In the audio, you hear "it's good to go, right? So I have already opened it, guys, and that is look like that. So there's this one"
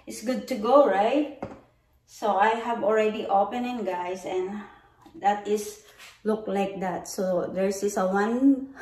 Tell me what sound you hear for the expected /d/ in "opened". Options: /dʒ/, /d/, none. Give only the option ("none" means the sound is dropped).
none